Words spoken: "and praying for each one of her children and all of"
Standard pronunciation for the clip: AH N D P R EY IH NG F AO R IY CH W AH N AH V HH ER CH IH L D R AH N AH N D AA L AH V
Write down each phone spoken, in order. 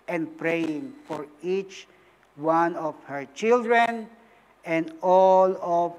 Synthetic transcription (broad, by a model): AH N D P R EY IH NG F AO R IY CH W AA N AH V HH ER CH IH L D R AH N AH N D AA L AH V